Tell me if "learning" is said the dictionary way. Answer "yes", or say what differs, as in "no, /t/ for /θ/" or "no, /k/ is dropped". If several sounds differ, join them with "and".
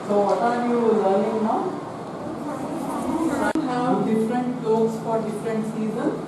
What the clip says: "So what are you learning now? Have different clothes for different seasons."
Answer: no, /l/ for /n/